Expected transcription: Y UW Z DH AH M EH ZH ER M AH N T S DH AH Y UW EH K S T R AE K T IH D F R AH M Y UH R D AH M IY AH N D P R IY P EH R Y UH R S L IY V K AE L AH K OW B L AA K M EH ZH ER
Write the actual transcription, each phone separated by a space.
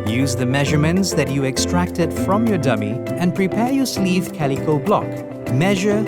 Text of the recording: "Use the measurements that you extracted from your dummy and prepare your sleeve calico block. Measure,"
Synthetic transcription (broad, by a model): Y UW Z DH AH M EH ZH ER M AH N T S DH AH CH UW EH K S T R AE K T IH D F R AH M Y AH R D AH M IY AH N P R IY P EH R Y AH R S L IY V K AE L AH K OW B L AA K M EH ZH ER